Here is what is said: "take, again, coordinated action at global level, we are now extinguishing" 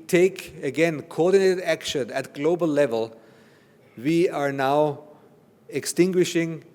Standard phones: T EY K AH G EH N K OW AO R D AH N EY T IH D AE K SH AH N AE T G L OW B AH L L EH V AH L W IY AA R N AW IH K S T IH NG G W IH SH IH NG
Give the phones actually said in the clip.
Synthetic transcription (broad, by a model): T EY K AH G EH N K OW AO R D AH N EY T IH D AE K SH AH N AE T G L OW B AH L L EH V AH L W IY AA R N AW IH K S T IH NG G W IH SH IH NG